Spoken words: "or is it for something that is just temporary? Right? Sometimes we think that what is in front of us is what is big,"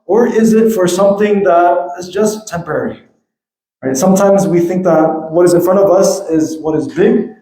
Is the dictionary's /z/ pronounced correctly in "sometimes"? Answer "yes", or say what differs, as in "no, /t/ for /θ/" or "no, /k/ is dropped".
yes